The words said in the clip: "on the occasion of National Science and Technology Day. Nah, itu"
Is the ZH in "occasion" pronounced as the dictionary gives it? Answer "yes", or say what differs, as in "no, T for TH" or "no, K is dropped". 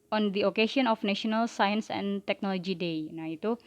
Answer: no, SH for ZH